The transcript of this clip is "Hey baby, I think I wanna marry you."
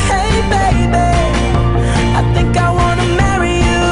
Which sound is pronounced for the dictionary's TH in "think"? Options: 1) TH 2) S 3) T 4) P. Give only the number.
1